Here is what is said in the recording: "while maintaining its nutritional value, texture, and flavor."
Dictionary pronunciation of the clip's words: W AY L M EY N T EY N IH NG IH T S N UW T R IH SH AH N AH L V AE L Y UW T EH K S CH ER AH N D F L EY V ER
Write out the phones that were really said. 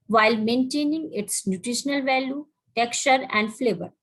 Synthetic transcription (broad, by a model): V AY L M EY N T EY N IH NG IH T S N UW T R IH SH AH N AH L V AE L Y UW T EH K S CH ER AH N D F L EY V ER